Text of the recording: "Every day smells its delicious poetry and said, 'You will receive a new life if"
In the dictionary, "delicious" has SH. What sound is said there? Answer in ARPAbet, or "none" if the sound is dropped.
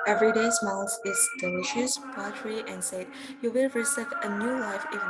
SH